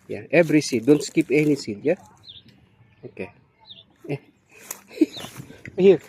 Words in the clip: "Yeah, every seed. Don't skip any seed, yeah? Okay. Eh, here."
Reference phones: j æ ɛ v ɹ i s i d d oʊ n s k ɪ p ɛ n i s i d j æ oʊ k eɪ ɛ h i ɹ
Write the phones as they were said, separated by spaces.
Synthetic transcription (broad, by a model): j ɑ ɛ b ɹ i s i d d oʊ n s k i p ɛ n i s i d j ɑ oʊ k eɪ ɛ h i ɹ